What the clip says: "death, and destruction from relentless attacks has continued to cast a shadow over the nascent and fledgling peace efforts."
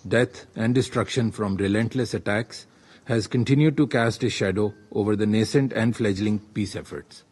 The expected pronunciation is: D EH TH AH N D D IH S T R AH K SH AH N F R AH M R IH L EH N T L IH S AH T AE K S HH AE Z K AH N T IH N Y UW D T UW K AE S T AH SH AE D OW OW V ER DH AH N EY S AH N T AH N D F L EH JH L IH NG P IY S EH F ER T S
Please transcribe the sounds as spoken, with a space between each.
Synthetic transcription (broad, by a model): D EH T AH N D D IH S T R AH K SH AH N F R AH M R IH L EH N T L IH S AH T AE K S HH AE Z K AH N T IH N Y UW D T UW K AE S T AH SH AE D OW OW V ER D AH N EY S AH N T AH N D F L EH JH L IH NG P IY S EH F ER T S